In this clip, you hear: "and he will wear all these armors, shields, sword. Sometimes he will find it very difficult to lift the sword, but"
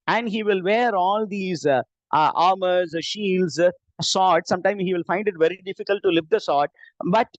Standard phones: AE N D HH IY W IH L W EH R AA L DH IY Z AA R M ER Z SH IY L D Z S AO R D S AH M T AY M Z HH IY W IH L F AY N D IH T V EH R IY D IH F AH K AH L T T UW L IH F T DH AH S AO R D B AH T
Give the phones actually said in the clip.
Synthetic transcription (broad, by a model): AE N D HH IY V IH L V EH R AA L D IY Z AA R M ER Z SH IY L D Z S AO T S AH M T AY M HH IY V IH L F AY N D IH T V EH R IY D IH F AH K AH L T T UW L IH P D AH S AO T B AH T